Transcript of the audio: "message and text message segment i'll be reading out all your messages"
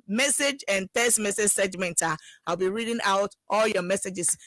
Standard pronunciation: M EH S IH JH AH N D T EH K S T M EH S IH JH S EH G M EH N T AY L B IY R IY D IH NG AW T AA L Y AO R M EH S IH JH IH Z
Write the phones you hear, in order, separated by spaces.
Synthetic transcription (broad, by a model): M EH S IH JH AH N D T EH S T M EH S IH JH S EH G M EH N T AY L B IY R IY D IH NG AW T AA L Y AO M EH S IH JH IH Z